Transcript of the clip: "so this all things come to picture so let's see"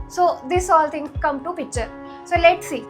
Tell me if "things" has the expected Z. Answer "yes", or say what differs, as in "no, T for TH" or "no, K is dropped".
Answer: no, Z is dropped